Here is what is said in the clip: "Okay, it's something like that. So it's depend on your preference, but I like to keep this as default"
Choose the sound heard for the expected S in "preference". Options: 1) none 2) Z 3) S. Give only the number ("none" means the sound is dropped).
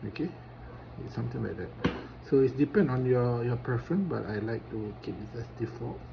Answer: 1